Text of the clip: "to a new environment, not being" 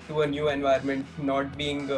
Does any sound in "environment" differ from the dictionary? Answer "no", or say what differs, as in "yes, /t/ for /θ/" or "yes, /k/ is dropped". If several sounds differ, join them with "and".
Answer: yes, /ɹ/ is dropped